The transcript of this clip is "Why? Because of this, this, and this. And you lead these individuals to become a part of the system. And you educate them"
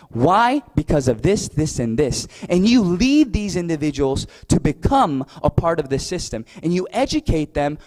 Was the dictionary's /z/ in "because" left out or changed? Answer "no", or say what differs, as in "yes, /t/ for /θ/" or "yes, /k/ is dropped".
no